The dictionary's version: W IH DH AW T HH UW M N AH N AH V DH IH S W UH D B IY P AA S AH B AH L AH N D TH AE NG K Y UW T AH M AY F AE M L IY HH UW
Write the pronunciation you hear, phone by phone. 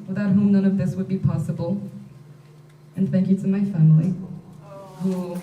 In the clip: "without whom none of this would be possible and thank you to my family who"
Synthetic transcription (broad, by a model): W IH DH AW T HH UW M N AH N AH V DH IH S W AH D B IY P AA S AH B AH L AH N TH AE NG K Y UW T AH M AY F AE M L IY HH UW